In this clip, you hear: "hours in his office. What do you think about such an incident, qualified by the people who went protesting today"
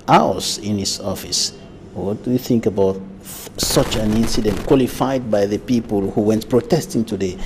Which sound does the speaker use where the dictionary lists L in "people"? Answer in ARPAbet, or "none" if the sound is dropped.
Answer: L